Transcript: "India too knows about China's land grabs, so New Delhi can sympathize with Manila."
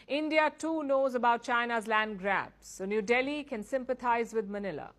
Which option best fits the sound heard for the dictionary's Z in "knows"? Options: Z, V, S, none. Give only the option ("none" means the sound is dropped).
Z